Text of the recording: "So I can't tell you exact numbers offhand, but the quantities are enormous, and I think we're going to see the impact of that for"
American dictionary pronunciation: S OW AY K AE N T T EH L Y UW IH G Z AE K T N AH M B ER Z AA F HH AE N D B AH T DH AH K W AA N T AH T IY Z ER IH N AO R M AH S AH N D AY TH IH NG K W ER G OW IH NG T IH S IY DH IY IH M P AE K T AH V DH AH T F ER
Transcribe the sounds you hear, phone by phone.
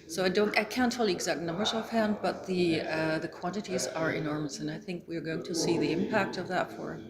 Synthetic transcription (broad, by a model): S OW AY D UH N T T EH L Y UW IH G Z AE K T N AH M B ER Z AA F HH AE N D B AH T DH AH K W AA N T AH T IY Z ER IH N AO R M AH S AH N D AY TH IH NG K W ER G OW IH NG T IH S IY DH IY IH M P AE K T AH V DH AH T F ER